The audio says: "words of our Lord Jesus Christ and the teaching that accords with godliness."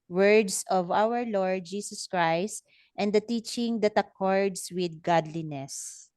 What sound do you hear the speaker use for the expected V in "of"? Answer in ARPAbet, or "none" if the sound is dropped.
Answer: V